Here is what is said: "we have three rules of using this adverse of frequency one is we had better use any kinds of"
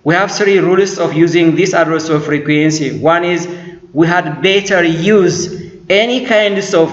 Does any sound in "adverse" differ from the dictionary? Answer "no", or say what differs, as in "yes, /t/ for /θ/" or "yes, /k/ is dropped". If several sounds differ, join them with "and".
yes, /v/ is dropped